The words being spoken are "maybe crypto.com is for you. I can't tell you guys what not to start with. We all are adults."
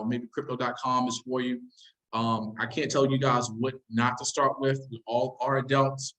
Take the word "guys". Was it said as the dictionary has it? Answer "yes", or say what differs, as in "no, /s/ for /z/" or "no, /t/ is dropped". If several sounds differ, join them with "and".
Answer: yes